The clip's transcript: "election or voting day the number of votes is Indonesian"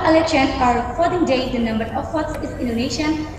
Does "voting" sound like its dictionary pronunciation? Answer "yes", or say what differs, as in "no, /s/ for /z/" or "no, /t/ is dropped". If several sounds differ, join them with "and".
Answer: no, /f/ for /v/